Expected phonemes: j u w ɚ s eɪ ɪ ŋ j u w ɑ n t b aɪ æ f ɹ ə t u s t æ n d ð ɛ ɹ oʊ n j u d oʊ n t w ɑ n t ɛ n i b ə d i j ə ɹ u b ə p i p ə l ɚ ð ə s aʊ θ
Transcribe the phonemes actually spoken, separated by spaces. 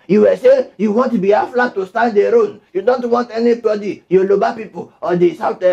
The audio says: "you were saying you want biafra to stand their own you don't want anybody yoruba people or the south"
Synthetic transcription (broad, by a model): j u w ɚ s eɪ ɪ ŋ j u w ɑ n t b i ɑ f l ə t u s t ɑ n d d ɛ ɹ oʊ n j u d oʊ n t w ɑ n t ɛ n i b ə d i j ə l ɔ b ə p i p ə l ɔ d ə s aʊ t